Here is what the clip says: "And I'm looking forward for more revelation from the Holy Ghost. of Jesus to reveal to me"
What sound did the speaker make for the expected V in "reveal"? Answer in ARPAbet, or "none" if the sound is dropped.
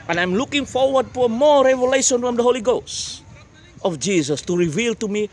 V